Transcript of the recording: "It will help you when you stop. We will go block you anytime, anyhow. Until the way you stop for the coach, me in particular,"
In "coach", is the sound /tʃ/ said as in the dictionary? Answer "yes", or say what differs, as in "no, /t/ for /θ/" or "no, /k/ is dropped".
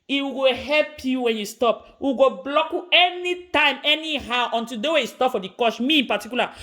no, /ʃ/ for /tʃ/